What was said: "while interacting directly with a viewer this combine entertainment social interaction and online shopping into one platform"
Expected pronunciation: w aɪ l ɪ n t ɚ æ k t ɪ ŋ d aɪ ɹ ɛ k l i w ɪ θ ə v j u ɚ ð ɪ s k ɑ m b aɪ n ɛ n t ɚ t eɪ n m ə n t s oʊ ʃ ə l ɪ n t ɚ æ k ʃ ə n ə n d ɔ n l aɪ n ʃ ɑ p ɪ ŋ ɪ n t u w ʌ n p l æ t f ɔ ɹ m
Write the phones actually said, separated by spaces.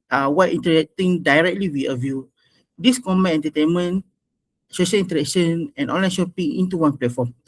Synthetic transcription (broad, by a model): w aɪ n t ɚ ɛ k t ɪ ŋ d aɪ ɹ ɛ k l i w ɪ ə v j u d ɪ s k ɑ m ɛ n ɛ n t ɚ t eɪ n m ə n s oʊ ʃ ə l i n t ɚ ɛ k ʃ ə n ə n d ɔ n l aɪ n ʃ ɑ p ɪ ŋ ɪ n t u w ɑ n p l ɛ t f ɔ m